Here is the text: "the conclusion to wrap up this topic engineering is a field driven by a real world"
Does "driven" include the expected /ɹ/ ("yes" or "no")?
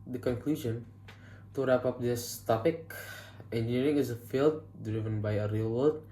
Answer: yes